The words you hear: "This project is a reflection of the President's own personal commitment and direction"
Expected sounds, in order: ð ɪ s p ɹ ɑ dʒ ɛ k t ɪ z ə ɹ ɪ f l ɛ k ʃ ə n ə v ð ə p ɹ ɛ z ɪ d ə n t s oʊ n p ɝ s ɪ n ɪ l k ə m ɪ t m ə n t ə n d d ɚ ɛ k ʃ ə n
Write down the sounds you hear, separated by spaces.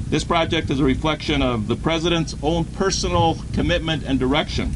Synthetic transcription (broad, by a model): ð ɪ s p ɹ ɑ dʒ ɛ k t ɪ z ə ɹ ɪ f l ɛ k ʃ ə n ə v ð ə p ɹ ɛ z ɪ d ə n t s oʊ n p ɝ s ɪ n l k ə m ɪ t m ə n t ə n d d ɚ ɛ k ʃ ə n